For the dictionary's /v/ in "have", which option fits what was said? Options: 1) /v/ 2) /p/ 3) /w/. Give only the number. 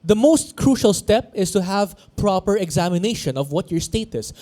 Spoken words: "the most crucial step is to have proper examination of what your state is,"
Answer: 1